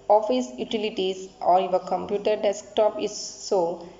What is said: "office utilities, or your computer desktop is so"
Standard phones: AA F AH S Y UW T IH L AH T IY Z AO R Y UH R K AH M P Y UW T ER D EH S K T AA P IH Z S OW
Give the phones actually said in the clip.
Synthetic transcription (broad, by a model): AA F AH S Y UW T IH L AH T IY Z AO R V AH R K AH M P Y UW T ER D EH S K T AA P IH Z S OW